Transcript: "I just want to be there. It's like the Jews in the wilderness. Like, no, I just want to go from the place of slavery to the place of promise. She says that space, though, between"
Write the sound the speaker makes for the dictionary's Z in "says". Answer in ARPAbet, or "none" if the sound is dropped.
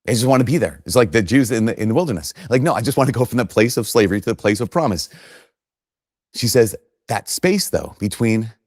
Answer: Z